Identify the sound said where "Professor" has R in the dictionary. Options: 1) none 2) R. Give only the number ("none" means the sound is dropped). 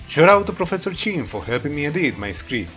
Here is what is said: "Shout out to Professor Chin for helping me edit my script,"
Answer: 2